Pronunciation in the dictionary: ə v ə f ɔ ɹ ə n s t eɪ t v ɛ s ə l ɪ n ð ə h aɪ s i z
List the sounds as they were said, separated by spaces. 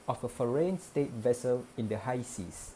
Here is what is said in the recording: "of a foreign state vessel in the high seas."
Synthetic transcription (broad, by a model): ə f ə f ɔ ɹ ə n s t eɪ t v ɛ s ə l ɪ n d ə h aɪ s i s